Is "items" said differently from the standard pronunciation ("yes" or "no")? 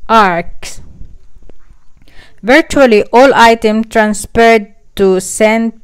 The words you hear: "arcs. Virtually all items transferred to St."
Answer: yes